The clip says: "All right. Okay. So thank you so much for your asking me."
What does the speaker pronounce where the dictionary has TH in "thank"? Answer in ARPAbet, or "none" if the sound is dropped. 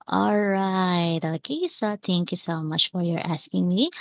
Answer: T